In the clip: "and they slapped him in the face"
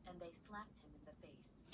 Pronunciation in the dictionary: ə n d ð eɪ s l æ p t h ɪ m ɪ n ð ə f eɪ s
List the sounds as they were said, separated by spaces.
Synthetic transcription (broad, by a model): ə n ð eɪ s l æ p t h ɪ m ɪ n ð ə f eɪ s